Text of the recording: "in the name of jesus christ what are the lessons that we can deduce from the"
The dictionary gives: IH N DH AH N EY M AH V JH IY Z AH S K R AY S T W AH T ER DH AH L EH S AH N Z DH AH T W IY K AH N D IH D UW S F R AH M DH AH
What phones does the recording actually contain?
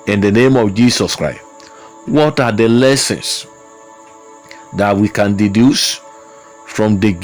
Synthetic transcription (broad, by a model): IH N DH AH N EY M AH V JH IY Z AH S K R AY S T W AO T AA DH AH L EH S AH N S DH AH T W IY K AH N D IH D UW S F R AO M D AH